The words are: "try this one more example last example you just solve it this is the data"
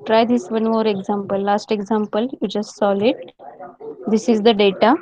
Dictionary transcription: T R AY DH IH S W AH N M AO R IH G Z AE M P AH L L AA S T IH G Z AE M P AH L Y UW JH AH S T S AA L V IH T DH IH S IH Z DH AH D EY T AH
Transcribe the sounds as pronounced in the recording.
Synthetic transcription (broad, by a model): T R AY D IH S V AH N M AO R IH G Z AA M P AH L L AA S T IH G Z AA M P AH L Y UW JH AH S T S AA L IH T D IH S IH Z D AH D EY T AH